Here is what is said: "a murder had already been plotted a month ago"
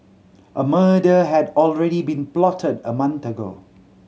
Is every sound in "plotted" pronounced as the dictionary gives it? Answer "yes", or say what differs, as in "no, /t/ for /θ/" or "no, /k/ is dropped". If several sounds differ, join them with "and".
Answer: yes